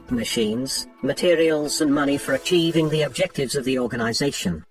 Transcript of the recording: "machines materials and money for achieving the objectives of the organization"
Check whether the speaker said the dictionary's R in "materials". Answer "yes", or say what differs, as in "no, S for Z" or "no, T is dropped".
yes